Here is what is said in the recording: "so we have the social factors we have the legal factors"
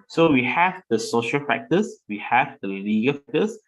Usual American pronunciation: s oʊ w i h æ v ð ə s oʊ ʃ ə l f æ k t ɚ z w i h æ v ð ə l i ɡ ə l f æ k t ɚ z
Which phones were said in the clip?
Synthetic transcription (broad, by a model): s oʊ w i h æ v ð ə s oʊ ʃ ə l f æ k t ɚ s w i h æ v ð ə l i ɡ ə l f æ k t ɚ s